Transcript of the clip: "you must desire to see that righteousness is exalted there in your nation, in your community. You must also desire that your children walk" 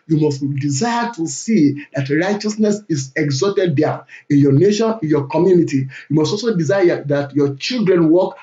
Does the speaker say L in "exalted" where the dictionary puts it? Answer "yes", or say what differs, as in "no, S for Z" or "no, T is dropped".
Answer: no, L is dropped